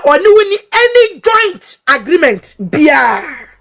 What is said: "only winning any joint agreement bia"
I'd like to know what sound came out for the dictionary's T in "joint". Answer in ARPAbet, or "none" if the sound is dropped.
T